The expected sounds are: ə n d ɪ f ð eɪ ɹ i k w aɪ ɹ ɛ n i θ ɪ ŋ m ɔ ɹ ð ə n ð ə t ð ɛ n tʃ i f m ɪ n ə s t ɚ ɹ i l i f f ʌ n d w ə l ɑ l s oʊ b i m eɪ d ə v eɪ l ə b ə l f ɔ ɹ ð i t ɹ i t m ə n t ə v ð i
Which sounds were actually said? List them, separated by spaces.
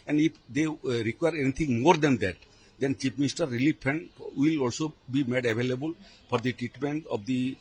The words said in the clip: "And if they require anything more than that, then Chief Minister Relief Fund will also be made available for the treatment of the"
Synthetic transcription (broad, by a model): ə n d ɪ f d eɪ ɹ i k w aɪ ɹ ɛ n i t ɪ ŋ m ɔ ɹ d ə n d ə t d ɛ n tʃ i p m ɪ n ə s t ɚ ɹ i l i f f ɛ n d w ə l ɑ l s oʊ b i m eɪ d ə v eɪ l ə b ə l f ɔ ɹ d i t ɹ i t m ə n t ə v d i